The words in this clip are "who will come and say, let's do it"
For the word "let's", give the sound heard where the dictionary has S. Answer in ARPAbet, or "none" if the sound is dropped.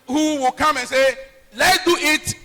none